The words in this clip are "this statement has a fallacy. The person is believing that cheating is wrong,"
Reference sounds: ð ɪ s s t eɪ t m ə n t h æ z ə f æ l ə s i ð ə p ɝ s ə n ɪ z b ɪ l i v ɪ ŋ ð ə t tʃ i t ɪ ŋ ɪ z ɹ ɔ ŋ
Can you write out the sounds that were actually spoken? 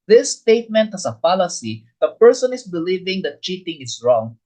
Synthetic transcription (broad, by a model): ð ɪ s s t eɪ t m ə n t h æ s ə p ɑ l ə s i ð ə p ɝ s ə n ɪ s b ɪ l i v ɪ ŋ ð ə t tʃ i t ɪ ŋ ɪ s ɹ ɔ ŋ